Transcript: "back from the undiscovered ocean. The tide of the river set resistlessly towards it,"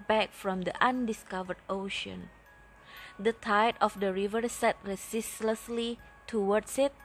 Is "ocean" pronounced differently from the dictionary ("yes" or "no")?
no